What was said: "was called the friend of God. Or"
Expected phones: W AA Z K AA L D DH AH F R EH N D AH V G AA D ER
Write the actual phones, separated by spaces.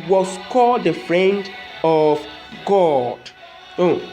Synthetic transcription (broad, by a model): W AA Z K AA L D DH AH F R EH N D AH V G AA D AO